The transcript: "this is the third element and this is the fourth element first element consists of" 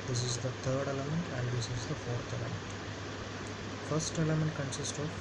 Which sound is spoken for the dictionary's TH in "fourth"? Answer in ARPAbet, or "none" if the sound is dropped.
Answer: T